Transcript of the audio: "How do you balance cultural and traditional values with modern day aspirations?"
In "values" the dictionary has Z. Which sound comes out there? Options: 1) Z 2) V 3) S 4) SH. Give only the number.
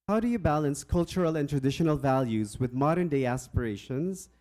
1